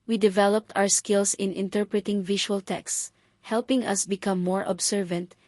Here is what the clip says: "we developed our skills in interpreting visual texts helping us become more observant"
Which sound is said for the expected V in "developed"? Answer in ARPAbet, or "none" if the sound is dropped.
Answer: V